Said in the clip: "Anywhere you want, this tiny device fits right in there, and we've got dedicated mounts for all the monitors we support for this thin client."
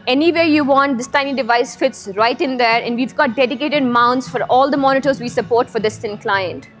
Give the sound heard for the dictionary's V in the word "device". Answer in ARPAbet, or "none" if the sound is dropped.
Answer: V